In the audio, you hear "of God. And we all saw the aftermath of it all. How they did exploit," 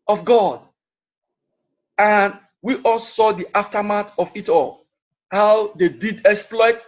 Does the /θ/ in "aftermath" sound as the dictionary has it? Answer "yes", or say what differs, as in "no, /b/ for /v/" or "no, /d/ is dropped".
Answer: no, /t/ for /θ/